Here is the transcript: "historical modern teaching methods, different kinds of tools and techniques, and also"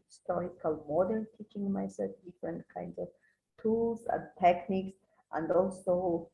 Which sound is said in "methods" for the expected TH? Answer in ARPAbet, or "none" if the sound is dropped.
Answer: S